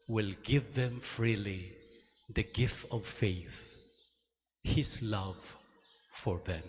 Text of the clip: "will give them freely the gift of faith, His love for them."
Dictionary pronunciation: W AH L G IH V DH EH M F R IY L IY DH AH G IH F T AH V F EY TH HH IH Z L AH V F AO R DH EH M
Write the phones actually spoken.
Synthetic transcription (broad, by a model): W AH L G IH V DH EH M F R IY L IY DH AH G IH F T AH V F EY TH HH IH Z L AH V F AO R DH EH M